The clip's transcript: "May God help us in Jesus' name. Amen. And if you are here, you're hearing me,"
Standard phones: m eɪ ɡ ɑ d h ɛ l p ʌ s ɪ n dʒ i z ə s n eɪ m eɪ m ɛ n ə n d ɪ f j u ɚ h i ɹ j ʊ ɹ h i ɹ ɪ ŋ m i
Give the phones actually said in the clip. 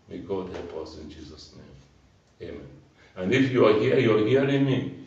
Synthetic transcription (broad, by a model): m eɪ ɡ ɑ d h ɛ p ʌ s ɪ n dʒ i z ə s n eɪ m eɪ m ɛ n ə n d ɪ f j u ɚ h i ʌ j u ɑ h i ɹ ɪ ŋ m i